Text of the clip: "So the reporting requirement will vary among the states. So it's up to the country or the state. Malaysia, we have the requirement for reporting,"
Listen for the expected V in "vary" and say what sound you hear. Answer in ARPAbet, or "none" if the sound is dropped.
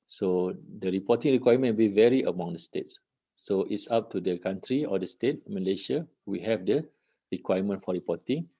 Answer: V